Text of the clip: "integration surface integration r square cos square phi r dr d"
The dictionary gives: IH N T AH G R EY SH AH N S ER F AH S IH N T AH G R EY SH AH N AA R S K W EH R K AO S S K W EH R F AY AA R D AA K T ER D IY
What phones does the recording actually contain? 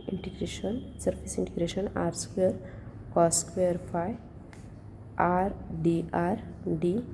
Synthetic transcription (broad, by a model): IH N T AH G R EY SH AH N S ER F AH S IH N T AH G R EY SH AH N AA R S K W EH R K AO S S K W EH R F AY AA R D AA T D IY